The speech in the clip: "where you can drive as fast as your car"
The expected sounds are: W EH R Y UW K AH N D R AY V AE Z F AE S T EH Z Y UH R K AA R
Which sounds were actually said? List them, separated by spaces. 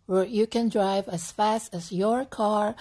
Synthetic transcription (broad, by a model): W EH R Y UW K AH N D R AY V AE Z F AE S T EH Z Y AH R K AA R